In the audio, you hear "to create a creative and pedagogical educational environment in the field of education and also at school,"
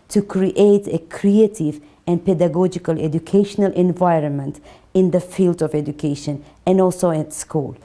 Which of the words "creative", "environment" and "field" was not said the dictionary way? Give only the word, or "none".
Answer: none